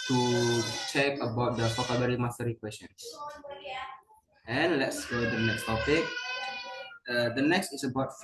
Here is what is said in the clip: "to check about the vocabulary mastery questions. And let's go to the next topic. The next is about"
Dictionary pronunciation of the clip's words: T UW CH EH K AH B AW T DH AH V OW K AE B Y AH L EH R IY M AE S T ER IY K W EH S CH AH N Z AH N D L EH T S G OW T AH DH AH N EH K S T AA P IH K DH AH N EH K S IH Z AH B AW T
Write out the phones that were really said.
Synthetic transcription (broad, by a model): T UW CH EH K AH B AW T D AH F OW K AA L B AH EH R IY M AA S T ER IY K W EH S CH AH N S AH N L EH T S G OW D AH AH N EH K S T AA P IH K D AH N EH K S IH S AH B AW T